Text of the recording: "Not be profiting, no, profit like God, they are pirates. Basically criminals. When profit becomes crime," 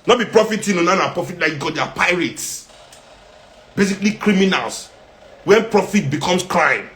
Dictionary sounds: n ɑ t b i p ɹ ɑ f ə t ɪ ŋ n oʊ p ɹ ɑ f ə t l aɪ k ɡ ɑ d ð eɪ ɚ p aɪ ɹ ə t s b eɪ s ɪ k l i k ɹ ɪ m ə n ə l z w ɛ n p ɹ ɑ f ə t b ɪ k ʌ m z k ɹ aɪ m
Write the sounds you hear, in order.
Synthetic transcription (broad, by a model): n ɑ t b i p ɹ ɑ f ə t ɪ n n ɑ p ɹ ɑ f ə t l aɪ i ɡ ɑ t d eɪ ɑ p aɪ ɹ ə t s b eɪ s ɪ k l i k ɹ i m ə n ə l s w ɛ n p ɹ ɑ f ə t b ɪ k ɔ m s k ɹ aɪ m